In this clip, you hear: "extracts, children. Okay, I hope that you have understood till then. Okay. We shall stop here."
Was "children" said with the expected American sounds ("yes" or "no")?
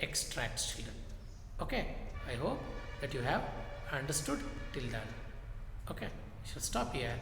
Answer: no